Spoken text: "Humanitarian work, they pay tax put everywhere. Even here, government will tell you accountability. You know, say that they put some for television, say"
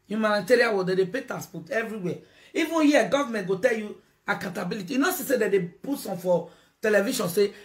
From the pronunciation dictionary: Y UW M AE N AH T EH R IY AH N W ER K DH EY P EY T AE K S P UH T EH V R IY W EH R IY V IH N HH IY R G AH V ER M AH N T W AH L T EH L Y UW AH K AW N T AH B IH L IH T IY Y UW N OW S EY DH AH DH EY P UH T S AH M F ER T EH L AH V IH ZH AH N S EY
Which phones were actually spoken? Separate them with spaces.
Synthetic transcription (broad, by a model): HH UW M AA N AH T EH R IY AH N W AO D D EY P EY T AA S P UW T EH V R IY W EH IY V IH N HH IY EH G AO V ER M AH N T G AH T EH L Y UW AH K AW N T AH B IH L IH T IY Y UW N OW S EY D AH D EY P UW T S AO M F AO T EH L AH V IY SH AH N S EY